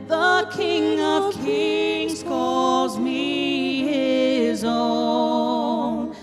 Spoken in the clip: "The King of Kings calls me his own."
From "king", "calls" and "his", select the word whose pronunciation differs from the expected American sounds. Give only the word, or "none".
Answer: none